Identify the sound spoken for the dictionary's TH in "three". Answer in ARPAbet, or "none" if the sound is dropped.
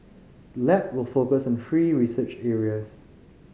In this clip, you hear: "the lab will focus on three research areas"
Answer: F